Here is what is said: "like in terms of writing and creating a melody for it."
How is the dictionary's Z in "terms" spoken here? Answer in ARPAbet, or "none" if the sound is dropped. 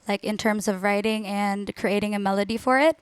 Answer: Z